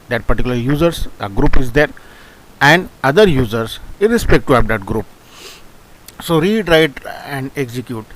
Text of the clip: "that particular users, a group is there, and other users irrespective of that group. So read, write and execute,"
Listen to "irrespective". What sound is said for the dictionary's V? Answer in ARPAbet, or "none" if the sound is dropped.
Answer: none